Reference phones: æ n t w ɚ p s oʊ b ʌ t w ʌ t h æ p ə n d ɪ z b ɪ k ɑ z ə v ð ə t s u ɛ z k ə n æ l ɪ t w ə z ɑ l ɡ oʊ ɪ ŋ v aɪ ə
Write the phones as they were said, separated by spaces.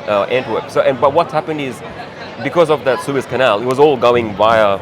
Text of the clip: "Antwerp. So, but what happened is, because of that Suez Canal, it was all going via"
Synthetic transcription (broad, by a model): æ n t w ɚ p s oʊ b ʌ t w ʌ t h æ p ə n d ɪ z b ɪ k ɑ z ə v ð ə t s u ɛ s k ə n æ l ɪ t w ə z ɑ l ɡ oʊ ɪ ŋ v aɪ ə